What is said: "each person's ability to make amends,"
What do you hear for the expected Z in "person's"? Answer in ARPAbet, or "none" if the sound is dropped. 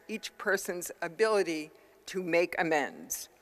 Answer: Z